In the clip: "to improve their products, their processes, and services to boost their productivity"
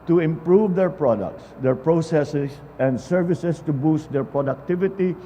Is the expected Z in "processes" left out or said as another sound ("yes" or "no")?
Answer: yes